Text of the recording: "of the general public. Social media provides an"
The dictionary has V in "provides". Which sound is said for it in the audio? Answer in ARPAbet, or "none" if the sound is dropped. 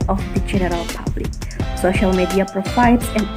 F